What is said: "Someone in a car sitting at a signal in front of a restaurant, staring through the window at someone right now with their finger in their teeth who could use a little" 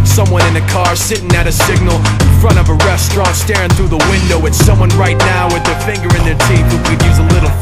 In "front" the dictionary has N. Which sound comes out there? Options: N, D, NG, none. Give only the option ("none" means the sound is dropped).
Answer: none